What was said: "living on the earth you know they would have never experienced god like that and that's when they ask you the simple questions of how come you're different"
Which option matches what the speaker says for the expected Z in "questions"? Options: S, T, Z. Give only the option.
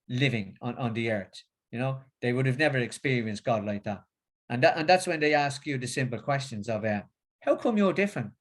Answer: Z